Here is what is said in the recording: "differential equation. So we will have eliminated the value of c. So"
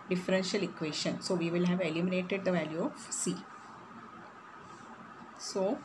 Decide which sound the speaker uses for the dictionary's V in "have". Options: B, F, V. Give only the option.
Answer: V